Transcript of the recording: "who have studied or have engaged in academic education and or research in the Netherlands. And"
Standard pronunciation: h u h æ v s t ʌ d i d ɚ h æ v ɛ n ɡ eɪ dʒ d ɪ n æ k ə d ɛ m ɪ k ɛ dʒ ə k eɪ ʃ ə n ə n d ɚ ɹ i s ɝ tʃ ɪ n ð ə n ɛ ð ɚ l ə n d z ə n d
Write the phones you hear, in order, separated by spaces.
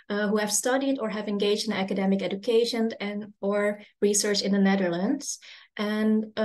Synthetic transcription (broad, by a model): h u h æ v s t ʌ d i d ɚ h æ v ɛ n ɡ eɪ dʒ d ɪ n æ k ə d ɛ m ɪ k ɛ dʒ ə k eɪ ʃ ə n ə n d ɚ ɹ i s ɝ tʃ ɪ n ð ə n ɛ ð ɚ l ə n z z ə n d